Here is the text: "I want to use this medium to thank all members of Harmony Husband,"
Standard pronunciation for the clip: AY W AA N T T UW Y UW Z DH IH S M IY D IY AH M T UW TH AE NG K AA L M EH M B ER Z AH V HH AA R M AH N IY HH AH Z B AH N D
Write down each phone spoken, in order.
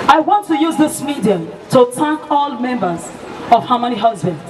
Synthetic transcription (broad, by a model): AY W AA N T T UW Y UW Z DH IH S M IY D IY AH M T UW T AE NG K AA L M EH M B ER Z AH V HH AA M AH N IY HH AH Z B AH N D